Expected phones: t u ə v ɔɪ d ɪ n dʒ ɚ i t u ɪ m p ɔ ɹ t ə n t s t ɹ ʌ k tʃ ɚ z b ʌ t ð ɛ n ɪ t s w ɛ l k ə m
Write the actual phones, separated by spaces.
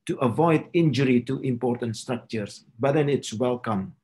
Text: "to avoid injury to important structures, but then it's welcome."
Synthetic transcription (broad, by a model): t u ə v ɔɪ d ɪ n dʒ ɚ i t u ɪ m p ɔ ɹ t ə n t s t ɹ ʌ k tʃ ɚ s b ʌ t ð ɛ n ɪ t s w ɛ l k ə m